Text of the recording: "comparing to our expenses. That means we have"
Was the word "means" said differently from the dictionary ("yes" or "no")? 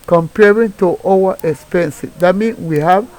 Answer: yes